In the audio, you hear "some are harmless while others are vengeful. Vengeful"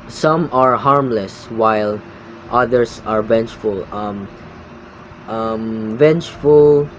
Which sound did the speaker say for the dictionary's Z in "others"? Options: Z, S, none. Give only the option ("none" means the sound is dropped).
S